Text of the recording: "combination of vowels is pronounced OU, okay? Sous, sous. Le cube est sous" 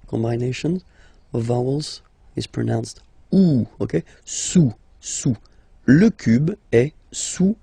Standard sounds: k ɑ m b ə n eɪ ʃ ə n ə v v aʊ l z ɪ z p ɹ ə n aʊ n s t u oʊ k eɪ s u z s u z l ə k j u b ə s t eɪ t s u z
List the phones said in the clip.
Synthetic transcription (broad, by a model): k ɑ m b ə n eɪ ʃ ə n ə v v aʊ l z ɪ z p ɹ ə n aʊ n s t u oʊ k eɪ s u s u l ə k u b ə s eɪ s u